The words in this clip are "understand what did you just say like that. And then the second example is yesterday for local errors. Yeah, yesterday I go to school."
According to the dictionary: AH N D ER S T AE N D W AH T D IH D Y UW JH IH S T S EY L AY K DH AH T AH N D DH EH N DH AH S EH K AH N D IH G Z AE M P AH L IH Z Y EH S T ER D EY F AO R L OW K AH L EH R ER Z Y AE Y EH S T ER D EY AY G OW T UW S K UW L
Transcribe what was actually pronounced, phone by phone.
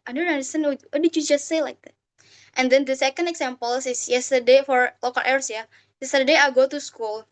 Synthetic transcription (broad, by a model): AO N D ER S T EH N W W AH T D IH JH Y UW JH IH S T S EY L AY K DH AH T AH N D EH N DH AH S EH K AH N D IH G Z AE M P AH L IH S Y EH S T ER D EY F AO R L OW K AH L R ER S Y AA Y EH S T ER D EY AY G OW T UW S K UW L